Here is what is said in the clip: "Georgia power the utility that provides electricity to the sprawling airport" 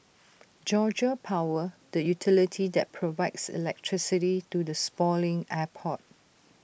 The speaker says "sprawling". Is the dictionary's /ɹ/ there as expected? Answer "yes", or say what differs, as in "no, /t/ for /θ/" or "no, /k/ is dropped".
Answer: no, /ɹ/ is dropped